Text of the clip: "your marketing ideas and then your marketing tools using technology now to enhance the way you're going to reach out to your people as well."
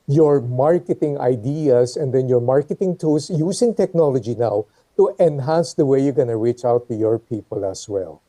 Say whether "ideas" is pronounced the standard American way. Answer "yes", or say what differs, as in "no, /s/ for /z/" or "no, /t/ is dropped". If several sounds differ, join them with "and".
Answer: no, /s/ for /z/